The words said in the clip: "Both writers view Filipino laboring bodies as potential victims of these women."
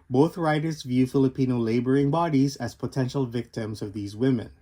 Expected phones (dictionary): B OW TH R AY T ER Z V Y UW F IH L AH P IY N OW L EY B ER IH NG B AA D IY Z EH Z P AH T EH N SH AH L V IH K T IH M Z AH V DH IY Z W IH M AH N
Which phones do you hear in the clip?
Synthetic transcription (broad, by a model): B OW TH R AY T ER Z V Y UW F IH L AH P IY N OW L EY B ER IH NG B AA D IY Z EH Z P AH T EH N SH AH L V IH K T IH M Z AH V DH IY Z W IH M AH N